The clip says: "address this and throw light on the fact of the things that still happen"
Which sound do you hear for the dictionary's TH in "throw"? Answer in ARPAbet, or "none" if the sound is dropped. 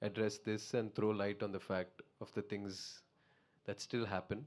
T